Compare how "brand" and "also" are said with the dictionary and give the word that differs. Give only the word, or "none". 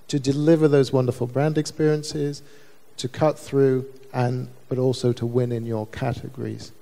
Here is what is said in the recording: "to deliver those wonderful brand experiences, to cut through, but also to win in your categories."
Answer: none